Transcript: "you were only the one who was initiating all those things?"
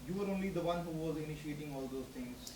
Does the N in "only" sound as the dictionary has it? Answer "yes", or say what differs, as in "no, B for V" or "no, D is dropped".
yes